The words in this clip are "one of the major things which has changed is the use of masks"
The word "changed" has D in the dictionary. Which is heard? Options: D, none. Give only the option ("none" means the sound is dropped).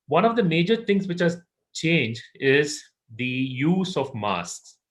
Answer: none